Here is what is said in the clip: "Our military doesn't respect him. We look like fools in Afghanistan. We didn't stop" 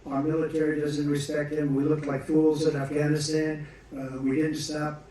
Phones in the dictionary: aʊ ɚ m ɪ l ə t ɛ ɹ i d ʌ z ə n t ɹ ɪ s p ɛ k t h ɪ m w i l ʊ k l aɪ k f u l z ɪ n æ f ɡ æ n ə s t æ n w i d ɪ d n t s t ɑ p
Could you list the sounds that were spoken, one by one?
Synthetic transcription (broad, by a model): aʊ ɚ m ɪ l ə t ɛ ɹ i d ʌ z ə n t ɹ ɪ s p ɛ k t h ɪ m w i l ʊ k l aɪ k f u l z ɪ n æ f ɡ æ n ə s t æ n w i d ɪ d n t s t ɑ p